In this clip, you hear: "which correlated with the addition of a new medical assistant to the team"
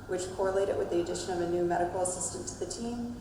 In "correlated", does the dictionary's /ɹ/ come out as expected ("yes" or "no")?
yes